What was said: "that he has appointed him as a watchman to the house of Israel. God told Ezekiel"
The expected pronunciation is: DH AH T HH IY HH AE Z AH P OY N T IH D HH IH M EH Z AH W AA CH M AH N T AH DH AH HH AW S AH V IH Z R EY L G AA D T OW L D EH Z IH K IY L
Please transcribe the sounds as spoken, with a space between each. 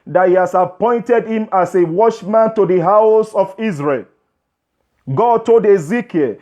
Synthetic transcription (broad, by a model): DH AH T HH IY HH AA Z AH P OY N T IH D HH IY M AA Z AH W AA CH M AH N T AH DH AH HH AW S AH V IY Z R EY L G AA D T OW L D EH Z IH K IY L